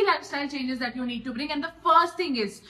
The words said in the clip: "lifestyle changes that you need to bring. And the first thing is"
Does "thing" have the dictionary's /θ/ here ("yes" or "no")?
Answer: no